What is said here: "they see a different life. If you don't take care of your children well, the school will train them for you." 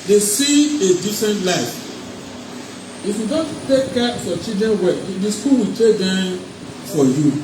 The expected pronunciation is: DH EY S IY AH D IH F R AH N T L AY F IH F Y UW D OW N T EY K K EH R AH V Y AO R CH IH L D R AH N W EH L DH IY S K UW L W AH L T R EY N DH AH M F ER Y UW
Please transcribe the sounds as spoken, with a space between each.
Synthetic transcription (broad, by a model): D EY S IY AH D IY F R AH N T L AY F IH F Y UW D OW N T EY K K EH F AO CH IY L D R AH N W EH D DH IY S K UW L W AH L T EY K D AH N F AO Y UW